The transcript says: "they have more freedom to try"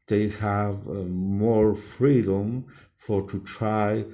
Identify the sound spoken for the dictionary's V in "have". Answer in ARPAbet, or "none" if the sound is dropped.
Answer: V